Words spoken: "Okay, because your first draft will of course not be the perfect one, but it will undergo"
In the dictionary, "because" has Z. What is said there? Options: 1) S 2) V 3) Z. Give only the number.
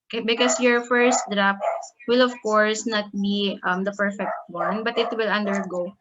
1